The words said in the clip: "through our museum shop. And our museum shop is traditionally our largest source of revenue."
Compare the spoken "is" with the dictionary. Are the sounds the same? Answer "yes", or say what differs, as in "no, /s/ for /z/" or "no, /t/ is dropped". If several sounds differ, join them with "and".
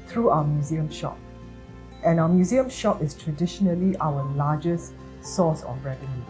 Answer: no, /s/ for /z/